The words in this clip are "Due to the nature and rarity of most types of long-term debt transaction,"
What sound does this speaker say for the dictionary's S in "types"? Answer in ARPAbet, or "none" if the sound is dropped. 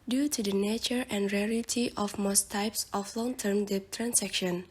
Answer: S